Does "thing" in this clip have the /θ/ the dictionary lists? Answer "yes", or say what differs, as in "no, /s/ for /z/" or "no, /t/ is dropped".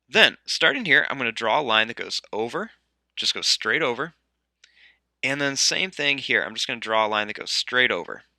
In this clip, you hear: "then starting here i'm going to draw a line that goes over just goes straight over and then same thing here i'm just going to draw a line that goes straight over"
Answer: yes